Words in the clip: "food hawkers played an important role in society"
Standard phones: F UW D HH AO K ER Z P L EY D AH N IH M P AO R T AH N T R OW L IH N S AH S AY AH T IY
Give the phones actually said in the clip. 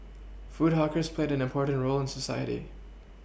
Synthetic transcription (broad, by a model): F UW D HH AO K ER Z P L EY D AH N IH M P AO R T N T R OW L IH N S AH S AY AH T IY